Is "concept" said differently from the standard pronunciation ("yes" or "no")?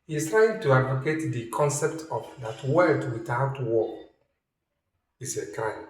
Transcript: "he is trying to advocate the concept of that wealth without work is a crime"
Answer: no